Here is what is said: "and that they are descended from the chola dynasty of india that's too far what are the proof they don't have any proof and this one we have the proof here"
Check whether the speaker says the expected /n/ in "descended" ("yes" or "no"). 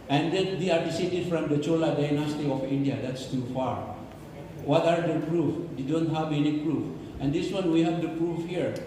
no